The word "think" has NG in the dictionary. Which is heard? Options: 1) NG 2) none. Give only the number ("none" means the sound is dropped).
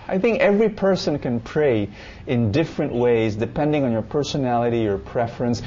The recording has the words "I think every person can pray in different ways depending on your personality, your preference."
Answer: 1